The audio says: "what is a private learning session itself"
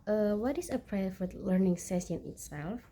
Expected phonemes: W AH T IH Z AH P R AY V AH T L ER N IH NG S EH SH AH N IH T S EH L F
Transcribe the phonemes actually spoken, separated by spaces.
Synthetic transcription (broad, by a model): W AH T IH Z AH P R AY F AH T L ER N IH NG S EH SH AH N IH T S EH L F